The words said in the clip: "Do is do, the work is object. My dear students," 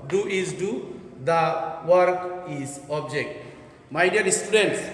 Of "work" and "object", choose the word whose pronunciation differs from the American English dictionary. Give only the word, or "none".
none